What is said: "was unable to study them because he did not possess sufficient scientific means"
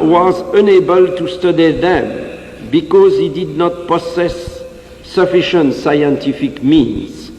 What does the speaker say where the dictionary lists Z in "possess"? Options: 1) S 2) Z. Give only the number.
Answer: 1